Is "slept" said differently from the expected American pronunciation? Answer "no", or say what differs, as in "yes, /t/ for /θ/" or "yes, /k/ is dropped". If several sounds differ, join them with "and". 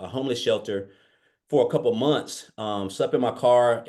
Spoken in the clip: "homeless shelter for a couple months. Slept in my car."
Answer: yes, /t/ is dropped